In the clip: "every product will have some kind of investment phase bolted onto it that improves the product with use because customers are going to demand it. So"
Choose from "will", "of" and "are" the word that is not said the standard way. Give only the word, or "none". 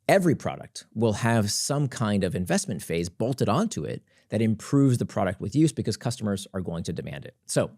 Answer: none